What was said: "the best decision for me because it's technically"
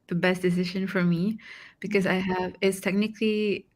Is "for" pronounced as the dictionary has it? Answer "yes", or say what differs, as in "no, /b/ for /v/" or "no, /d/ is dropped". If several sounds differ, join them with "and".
yes